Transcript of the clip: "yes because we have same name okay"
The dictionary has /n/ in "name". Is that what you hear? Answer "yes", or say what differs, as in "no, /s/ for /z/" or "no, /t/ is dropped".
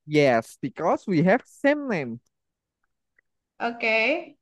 no, /l/ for /n/